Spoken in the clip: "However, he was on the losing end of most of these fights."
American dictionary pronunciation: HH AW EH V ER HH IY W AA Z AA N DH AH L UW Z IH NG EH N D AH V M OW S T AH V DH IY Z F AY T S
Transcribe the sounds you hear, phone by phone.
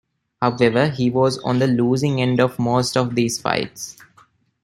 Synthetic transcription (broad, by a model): HH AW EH V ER HH IY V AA Z AA N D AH L UW Z IH NG EH N D AH V M OW S T AH V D IY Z F AY T S